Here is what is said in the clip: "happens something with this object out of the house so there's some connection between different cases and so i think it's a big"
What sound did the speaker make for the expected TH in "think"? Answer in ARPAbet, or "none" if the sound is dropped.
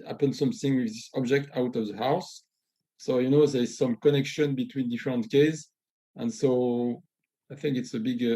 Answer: TH